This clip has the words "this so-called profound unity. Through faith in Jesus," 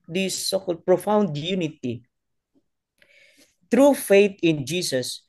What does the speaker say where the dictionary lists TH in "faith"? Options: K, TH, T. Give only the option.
T